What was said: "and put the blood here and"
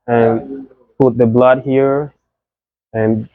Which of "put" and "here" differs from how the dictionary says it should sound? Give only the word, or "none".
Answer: none